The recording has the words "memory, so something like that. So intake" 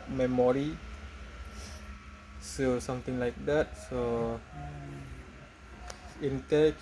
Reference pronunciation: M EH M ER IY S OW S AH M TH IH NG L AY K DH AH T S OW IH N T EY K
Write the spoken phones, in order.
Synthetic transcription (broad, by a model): M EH M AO IY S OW S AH M T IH NG L AY K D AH T S OW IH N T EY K